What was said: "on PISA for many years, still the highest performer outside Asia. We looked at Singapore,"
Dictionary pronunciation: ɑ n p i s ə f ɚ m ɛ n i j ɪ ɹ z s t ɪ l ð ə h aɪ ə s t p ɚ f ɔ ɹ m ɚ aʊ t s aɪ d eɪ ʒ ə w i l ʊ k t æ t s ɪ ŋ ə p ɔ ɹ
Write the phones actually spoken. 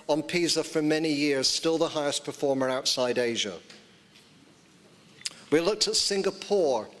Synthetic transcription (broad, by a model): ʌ n p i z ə f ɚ m ɛ n i j ɪ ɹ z s t ɪ l ð ə h aɪ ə s p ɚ f ɔ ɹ m ɚ aʊ t s aɪ d eɪ ʒ ə w i l ʊ k t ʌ t s ɪ ŋ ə p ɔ ɹ